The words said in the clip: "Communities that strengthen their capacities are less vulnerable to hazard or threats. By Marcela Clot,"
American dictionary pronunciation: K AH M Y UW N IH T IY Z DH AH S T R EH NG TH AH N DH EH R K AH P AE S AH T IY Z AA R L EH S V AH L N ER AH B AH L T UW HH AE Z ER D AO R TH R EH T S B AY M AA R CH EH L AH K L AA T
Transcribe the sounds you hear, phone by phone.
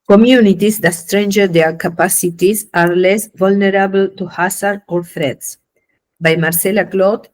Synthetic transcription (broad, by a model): K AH M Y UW N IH T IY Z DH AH S T R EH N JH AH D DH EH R K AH P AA S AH T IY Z AA R L EH S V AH L N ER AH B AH L T UW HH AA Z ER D AO R F R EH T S B AY M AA R S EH L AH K L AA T